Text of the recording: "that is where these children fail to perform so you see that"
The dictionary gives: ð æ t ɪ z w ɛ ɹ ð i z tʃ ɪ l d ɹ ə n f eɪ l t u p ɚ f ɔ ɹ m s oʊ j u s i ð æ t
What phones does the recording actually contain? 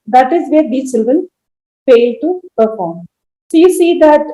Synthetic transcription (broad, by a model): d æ t ɪ z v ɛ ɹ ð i tʃ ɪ l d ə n f eɪ l t u p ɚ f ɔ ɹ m s oʊ j u s i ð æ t